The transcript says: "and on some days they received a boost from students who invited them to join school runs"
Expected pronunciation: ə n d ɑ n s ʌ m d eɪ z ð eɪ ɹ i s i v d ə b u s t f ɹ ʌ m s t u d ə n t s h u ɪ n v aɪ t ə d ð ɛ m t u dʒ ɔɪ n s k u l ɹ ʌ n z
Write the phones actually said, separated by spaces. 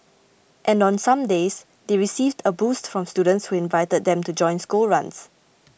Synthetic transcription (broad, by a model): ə n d ɑ n s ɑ m d eɪ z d eɪ ɹ i s i v d ə b u s t f ɹ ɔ m s t u d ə n t s h u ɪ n v aɪ t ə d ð ɛ m t u dʒ ɔɪ n s k u l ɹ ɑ n s